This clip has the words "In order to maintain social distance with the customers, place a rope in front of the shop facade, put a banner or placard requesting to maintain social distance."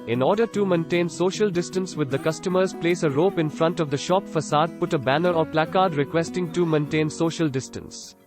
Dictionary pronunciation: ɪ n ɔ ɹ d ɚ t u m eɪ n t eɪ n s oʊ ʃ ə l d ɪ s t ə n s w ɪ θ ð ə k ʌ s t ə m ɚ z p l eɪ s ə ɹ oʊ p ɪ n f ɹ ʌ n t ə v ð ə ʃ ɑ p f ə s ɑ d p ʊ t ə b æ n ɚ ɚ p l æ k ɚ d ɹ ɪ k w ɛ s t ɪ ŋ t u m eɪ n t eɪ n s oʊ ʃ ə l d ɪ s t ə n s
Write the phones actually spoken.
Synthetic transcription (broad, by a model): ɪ n ɔ ɹ d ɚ t u m eɪ n t eɪ n s oʊ ʃ ə l d ɪ s t ə n s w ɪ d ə k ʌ s t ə m ɚ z p l eɪ s ə ɹ oʊ p ɪ n f ɹ ʌ n t ə v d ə ʃ ɑ p f ə s ɑ d p ʊ t ə b æ n ɚ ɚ p l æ k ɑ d ɹ ɪ k w ɛ s t ɪ ŋ t u m eɪ n t eɪ n s oʊ ʃ ə l d ɪ s t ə n s